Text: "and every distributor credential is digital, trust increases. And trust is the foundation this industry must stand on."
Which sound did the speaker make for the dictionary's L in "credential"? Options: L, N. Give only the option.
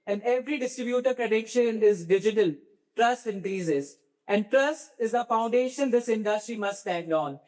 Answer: N